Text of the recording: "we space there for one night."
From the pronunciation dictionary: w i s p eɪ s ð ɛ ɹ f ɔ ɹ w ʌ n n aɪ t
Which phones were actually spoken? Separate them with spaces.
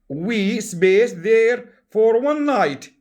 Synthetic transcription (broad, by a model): w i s b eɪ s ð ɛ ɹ f ɔ ɹ w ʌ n n aɪ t